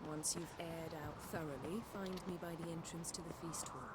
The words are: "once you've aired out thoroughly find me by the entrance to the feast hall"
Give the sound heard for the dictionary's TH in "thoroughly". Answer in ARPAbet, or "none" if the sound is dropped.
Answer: TH